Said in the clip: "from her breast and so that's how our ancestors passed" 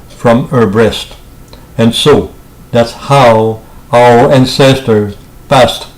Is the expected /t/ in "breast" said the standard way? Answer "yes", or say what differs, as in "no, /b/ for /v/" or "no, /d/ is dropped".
yes